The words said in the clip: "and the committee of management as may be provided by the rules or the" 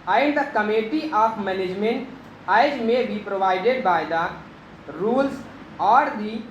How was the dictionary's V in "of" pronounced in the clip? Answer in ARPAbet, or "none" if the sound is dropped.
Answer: P